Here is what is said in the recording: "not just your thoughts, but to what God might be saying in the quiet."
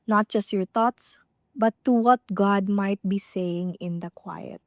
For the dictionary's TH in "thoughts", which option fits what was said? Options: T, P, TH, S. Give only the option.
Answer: T